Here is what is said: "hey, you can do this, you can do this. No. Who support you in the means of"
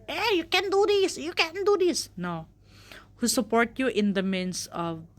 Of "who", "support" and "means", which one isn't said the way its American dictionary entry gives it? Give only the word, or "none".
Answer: means